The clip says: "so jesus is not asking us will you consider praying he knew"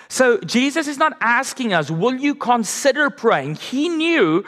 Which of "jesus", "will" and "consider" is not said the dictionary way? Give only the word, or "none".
none